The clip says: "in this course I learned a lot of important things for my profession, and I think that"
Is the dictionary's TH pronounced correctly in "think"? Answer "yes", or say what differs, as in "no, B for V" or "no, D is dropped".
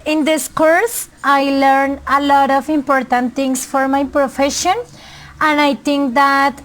no, T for TH